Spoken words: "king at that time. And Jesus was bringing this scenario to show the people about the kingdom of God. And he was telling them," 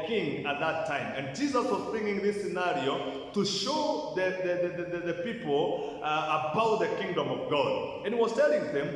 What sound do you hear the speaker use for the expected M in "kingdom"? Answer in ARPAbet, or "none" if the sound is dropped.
M